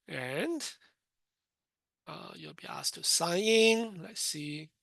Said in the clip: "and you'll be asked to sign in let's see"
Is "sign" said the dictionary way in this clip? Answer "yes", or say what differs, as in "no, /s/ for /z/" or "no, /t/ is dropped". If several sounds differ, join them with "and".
no, /n/ is dropped